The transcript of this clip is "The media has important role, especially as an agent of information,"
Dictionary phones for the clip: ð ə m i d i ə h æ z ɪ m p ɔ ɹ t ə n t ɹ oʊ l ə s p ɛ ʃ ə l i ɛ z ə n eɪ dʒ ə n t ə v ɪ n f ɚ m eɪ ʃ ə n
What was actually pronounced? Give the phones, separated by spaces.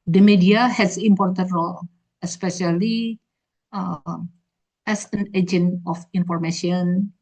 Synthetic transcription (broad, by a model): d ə m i d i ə h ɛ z ɪ m p ɔ ɹ t ə n t ɹ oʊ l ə s p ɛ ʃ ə l i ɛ s ə n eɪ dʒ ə n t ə f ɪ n f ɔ m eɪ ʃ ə n